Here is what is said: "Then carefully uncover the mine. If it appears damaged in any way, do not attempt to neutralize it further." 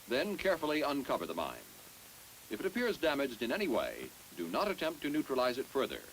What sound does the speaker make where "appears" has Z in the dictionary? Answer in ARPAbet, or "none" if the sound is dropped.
Z